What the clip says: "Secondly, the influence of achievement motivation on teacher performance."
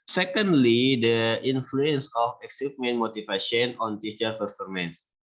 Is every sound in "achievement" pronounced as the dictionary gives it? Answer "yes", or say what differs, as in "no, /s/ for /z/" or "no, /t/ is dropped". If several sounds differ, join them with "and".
no, /s/ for /tʃ/